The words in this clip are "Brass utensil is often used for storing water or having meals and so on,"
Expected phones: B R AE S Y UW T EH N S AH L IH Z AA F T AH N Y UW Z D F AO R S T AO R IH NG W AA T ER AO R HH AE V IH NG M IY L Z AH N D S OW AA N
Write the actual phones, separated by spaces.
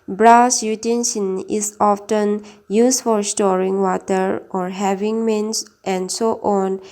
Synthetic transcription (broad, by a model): B R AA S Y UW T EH N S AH N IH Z AA F T AH N Y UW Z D F AO R S T AO R IH NG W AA T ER AO R HH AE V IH NG M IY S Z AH N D S OW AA N